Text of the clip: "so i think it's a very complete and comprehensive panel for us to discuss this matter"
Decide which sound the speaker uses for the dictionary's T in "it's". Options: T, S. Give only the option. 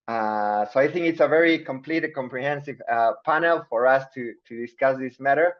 T